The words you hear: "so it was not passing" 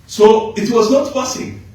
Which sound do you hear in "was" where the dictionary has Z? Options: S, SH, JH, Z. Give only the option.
Z